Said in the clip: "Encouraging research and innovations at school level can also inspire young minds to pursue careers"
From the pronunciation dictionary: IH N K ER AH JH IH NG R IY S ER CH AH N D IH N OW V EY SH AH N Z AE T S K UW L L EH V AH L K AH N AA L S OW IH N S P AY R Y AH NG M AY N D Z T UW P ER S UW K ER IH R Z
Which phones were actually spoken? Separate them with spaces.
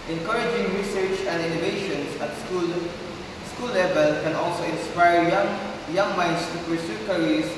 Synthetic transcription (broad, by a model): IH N K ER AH JH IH NG R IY S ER CH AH N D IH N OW V EY SH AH N S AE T S K UW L L EH V AH L K AH N AA L S OW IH N S P AY Y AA NG M AY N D S T UW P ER S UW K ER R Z